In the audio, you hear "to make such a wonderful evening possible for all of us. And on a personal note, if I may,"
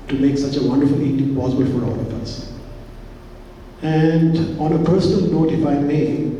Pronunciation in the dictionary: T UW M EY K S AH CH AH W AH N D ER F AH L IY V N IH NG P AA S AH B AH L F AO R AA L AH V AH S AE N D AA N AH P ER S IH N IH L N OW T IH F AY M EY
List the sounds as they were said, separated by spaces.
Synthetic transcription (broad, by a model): T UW M EY K S AH CH AH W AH N D ER F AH L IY N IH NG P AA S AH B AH L F AO R AA L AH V AH S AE N D AA N AH P ER S IH N IH L N OW T IH F AY M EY